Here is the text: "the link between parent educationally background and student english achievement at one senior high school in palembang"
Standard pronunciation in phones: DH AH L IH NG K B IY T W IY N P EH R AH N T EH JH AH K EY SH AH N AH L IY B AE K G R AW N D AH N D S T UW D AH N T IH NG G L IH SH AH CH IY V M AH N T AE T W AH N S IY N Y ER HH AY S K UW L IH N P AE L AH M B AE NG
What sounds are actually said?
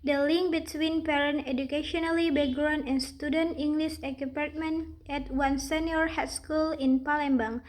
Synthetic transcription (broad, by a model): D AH L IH NG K B IY T W IY N P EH R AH N EH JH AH K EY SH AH N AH L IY B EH G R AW N AH N S T UW D AH N T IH NG G L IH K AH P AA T M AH N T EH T W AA N S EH N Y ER HH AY S K UW L IH N P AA L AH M B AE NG